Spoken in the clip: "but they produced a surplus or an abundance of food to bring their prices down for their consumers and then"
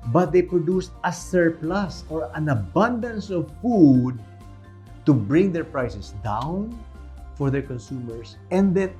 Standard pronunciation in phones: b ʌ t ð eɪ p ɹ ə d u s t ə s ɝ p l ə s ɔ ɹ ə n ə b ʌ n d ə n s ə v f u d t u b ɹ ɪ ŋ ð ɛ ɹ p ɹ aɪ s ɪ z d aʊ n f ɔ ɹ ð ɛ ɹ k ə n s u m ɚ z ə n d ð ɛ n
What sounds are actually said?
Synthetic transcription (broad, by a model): b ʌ t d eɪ p ɹ ə d u s t ə s ɝ p l ə s ɔ ɹ ə n ə b ʌ n d ə n s ə v f u d t u b ɹ ɪ ŋ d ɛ ɹ p ɹ aɪ s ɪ s d aʊ n f ɔ ɹ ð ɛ ɹ k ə n s u m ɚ s ə n d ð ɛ n